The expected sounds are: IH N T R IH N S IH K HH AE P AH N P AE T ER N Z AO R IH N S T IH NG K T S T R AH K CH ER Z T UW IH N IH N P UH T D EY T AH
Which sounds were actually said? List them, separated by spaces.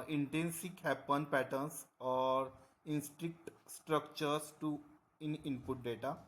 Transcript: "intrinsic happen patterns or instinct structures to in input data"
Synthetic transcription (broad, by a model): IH N T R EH N S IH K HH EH P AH N P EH T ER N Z AO R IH N S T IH K T S T R AH K CH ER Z T UW IH N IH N P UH T D EY T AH